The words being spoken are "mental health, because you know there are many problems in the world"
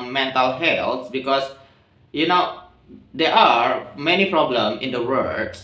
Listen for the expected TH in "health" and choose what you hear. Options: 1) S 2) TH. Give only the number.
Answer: 1